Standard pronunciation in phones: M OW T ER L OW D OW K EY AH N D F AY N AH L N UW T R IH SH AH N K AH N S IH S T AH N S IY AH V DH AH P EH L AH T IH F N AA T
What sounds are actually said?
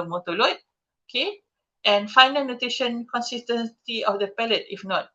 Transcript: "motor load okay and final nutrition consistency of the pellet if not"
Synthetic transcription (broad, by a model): M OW T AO L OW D OW K EY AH N F AY N AH L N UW T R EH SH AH N K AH N S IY S T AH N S IY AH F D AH P EH L AH T IH F N AA T